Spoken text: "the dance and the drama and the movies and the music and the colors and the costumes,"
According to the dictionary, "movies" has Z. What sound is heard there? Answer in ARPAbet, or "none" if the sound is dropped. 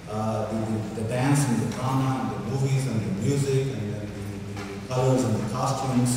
Z